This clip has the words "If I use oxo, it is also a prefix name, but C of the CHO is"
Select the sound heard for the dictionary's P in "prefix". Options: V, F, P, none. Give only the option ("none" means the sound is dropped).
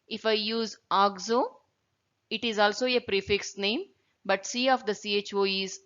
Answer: P